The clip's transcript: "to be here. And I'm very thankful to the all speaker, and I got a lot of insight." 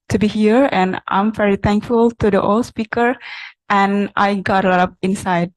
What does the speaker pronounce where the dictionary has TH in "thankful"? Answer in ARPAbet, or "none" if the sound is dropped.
T